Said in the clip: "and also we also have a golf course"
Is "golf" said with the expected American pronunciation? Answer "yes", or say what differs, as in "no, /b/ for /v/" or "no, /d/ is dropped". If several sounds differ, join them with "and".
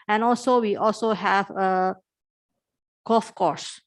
no, /l/ is dropped